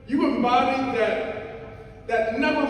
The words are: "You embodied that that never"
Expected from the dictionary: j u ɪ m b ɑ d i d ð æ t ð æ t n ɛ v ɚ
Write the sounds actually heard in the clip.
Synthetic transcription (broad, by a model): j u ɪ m ɑ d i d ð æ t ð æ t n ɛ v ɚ